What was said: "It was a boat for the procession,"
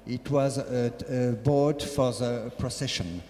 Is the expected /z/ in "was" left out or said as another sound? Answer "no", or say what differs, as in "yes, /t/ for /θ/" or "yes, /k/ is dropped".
no